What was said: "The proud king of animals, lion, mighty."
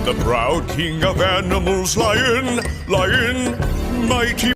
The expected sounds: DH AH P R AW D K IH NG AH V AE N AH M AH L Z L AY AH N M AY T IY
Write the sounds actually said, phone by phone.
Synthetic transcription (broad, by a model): DH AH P R AW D K IH NG AH V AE N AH M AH L Z L AY AH N M AY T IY